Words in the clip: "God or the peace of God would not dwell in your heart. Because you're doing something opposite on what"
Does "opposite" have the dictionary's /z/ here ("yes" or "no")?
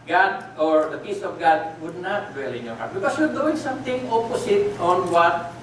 no